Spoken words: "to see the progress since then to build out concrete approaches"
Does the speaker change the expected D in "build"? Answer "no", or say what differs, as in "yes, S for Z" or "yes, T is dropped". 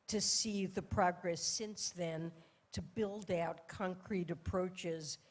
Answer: no